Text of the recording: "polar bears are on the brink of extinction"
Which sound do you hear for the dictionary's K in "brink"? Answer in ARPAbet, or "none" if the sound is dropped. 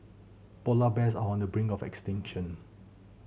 none